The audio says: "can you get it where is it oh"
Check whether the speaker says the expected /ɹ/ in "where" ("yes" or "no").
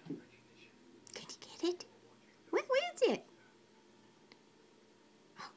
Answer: no